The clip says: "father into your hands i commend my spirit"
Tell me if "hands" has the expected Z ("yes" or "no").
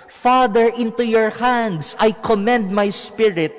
no